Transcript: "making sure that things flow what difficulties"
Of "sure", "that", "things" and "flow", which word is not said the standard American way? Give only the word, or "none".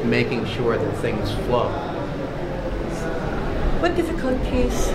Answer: none